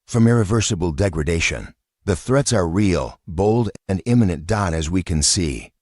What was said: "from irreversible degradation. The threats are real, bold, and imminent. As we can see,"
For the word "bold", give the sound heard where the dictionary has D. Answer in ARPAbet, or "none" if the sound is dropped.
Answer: D